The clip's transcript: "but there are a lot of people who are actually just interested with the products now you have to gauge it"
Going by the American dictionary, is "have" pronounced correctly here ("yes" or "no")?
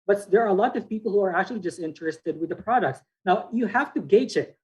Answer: no